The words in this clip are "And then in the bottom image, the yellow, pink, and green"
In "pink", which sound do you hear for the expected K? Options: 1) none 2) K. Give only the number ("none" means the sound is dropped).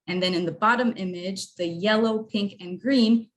2